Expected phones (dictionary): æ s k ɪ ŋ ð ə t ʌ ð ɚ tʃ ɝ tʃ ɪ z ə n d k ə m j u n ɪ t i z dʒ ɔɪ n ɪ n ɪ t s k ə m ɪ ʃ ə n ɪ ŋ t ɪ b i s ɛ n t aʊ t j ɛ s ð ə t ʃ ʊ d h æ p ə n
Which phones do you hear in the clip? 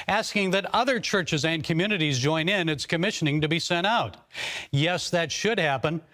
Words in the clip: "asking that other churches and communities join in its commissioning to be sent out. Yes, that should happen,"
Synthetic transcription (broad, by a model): æ s k ɪ ŋ ð ə t ʌ ð ɚ tʃ ɝ tʃ ɪ z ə n k ə m j u n ɪ t i z dʒ ɔɪ n ɪ n ɪ t s k ə m ɪ ʃ ə n ɪ ŋ t ɪ b i s ɛ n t aʊ t j ɛ s ð ə t ʃ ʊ d h æ p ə n